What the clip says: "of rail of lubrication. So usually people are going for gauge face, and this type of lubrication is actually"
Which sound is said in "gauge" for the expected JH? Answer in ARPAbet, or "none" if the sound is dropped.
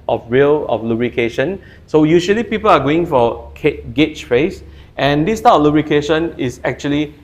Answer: CH